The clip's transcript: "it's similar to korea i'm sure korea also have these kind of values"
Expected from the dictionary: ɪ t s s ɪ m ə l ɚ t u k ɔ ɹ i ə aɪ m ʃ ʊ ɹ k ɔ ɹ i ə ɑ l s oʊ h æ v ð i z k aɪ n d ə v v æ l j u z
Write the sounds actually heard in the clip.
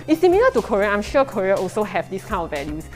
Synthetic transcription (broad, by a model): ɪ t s s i m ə l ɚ t u k ɔ ɹ i ə aɪ m ʃ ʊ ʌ k ɔ ɹ i ə ɑ l s oʊ h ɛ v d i s k aɪ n ə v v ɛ l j u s